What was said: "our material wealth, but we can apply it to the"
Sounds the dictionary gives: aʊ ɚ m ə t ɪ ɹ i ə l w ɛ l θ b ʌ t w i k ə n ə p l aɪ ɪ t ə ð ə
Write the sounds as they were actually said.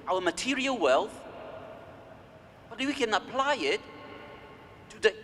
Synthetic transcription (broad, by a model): aʊ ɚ m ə t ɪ ɹ i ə l w ɛ l θ b ʌ t w i k ə n ə p l aɪ ɪ t ə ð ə